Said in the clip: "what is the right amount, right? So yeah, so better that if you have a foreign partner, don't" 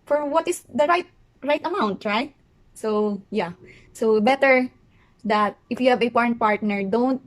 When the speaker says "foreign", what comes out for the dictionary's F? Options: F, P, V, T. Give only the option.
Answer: P